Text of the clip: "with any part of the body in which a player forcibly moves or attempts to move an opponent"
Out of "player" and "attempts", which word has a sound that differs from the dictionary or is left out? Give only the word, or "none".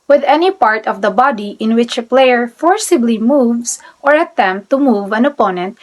attempts